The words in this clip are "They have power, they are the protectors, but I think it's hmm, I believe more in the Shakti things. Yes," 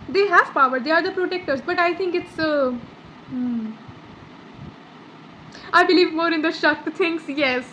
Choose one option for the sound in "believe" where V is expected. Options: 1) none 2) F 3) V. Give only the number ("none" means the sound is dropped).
3